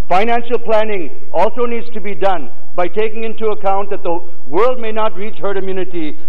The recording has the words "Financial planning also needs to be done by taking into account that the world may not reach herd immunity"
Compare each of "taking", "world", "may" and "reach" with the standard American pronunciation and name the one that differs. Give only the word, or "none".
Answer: none